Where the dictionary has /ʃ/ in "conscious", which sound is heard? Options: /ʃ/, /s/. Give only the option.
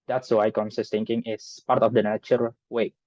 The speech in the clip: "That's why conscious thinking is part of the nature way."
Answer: /s/